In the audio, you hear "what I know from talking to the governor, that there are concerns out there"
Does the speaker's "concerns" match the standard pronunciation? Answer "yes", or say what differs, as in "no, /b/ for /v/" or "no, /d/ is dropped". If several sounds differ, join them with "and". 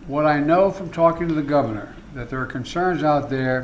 yes